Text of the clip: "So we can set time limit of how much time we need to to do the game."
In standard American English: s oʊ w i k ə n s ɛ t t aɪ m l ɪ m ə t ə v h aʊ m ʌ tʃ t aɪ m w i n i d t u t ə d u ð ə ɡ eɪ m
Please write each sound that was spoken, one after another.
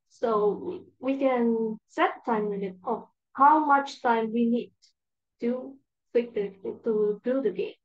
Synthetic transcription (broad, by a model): s oʊ w i k ə n s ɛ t t aɪ m w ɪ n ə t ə h aʊ m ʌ tʃ t aɪ m w i n i d t u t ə d u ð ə ɡ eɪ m